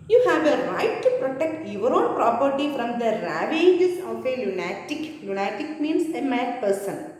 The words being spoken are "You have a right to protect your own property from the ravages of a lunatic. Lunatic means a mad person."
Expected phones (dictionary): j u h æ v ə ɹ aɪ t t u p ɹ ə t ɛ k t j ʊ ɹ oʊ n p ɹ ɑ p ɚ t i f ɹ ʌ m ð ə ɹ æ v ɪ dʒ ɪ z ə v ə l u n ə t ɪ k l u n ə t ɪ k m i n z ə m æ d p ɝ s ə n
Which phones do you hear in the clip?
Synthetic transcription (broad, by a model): j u h æ v ə ɹ aɪ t t u p ɹ ə t ɛ k t j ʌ ɹ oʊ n p ɹ ɑ p ɚ t i f ɹ ʌ m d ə ɹ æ v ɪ dʒ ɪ s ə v ə l u n ə t ɪ k l u n ə t ɪ k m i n s ə m æ d p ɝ s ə n